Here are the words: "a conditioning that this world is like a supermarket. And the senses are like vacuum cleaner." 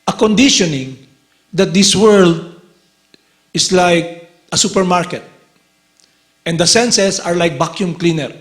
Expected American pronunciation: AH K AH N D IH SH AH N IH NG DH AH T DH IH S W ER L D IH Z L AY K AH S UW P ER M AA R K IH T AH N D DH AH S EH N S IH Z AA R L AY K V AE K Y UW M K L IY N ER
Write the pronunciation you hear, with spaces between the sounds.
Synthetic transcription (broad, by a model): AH K AH N D IH SH AH N IH NG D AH T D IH S W ER L D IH S L AY K AH S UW P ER M AA R K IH T AH N D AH S EH N S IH S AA R L AY K B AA K Y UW M K L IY N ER